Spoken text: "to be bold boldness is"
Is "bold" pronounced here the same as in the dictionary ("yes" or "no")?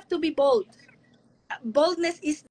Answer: yes